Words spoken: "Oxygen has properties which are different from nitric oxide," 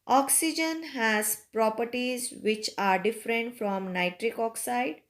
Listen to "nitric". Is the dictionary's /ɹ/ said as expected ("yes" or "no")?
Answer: yes